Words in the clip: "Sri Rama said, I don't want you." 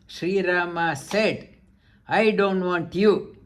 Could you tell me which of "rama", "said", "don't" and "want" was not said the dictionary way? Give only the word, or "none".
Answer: none